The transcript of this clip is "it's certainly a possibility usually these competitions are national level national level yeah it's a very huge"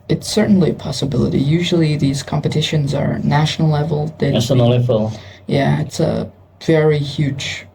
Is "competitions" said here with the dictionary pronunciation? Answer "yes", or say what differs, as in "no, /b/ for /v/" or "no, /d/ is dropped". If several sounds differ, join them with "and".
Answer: yes